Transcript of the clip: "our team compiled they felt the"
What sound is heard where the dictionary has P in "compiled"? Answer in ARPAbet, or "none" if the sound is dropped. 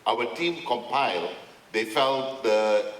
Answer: P